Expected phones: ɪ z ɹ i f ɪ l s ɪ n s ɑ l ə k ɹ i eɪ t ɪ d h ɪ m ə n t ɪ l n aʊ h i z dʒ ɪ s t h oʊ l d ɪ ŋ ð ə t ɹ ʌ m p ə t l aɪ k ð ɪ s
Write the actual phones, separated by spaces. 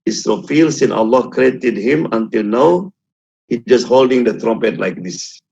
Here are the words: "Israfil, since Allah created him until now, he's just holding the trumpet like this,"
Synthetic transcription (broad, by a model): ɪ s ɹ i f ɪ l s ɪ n ɑ l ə k ɹ i eɪ t ɪ d h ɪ m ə n t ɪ l n aʊ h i dʒ ɪ s t h oʊ l d ɪ ŋ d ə t ɹ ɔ m p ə t l aɪ k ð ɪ s